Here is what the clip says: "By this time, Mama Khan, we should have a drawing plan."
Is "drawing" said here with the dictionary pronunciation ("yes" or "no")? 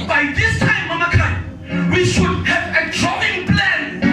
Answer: yes